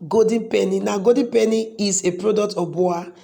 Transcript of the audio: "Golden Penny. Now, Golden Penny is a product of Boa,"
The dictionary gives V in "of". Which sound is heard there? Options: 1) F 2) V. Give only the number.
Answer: 1